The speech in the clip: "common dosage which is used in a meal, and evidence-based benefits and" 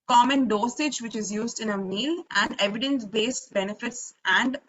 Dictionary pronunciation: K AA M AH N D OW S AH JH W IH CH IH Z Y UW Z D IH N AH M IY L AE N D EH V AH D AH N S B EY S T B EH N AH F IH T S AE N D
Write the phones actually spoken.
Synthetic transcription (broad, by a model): K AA M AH N D OW S AH JH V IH CH IH Z Y UW Z D IH N AH M IY L AE N D EH V AH D AH N S B EY S T B EH N AH F IH T S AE N D